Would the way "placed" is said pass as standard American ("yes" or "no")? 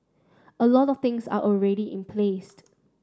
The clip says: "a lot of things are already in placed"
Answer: yes